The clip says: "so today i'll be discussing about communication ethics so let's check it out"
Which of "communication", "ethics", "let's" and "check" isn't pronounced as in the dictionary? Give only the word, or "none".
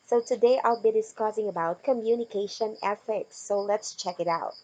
ethics